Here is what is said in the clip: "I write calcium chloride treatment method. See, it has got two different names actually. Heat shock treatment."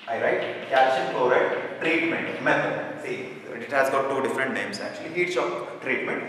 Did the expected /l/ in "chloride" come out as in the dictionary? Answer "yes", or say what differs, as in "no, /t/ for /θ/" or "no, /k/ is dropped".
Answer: no, /l/ is dropped